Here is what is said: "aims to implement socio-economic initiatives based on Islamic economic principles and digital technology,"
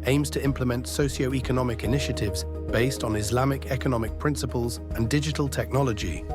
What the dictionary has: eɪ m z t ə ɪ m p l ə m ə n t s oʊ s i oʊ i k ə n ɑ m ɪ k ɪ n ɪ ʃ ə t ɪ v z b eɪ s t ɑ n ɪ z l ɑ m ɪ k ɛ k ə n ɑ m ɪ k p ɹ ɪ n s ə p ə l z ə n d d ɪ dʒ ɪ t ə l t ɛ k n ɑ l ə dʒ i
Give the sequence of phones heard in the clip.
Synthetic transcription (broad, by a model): eɪ m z t ə ɪ m p l ə m ə n t s oʊ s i oʊ i k ə n ɑ m ɪ k ɪ n ɪ ʃ ə t ɪ v z b eɪ s t n ɪ z l ɑ m ɪ k ɛ k ə n ɑ m ɪ k p ɹ ɪ n s ə p ə l z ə n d d ɪ dʒ ɪ t ə l t ɛ k n ɑ l ə dʒ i